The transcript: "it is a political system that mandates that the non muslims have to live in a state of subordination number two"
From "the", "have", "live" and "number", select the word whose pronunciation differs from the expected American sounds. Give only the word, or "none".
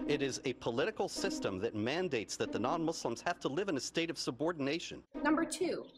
have